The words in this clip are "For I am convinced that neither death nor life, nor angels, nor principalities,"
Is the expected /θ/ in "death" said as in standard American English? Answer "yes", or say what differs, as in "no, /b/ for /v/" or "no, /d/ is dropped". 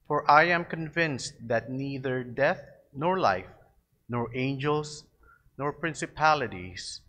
yes